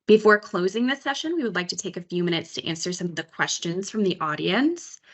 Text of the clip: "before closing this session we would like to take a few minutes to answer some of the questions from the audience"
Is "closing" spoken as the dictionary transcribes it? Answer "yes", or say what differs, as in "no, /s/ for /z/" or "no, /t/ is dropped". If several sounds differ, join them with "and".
yes